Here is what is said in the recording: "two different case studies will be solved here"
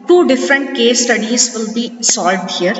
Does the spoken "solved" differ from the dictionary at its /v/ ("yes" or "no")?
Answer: yes